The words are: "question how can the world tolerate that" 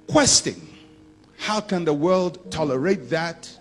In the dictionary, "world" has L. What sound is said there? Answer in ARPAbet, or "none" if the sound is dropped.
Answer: L